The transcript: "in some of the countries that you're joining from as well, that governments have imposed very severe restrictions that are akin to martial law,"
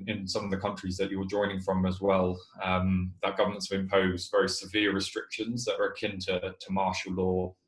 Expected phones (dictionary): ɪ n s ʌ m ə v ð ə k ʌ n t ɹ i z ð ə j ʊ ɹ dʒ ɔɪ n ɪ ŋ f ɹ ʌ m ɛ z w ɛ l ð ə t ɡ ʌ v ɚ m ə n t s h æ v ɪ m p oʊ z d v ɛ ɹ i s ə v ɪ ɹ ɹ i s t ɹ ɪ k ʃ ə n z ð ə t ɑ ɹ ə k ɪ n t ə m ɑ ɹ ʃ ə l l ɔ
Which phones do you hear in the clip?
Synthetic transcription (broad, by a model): ɪ n s ʌ m ə v ð ə k ʌ n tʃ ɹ i z ð ə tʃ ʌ w dʒ ɔɪ n ɪ ŋ f ɹ ʌ m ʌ z w ɛ l ð ə t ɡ ʌ v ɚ m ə n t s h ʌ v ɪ m p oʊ z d v ɛ ɹ i s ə v ɪ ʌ ɹ i s t ɹ ɪ k ʃ ə n z ð ə t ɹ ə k ɪ n t ə m ɑ ʃ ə l l ɔ